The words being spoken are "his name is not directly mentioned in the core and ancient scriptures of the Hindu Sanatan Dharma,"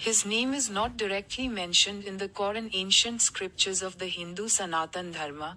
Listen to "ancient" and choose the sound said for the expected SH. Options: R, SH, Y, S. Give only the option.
SH